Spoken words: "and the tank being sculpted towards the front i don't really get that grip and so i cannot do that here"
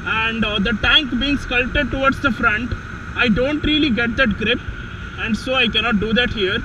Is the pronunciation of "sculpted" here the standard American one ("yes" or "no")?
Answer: no